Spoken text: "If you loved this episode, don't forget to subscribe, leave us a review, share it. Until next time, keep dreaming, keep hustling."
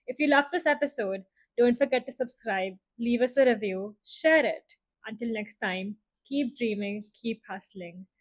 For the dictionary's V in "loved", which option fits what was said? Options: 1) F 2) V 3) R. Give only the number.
1